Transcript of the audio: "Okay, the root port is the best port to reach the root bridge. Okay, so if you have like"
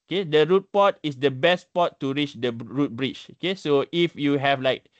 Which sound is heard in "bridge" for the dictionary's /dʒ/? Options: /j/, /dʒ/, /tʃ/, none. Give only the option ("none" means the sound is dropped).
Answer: /tʃ/